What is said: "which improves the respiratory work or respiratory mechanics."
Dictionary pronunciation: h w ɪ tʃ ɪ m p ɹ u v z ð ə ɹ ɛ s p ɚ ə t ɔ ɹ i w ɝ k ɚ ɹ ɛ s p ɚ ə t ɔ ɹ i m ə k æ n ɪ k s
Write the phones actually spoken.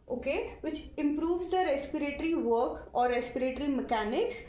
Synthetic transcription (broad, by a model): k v ɪ tʃ ɪ m p ɹ u v z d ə ɹ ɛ s p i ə t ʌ ɹ i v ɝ k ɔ ɹ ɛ s p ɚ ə t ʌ ɹ i m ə k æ n ɪ k s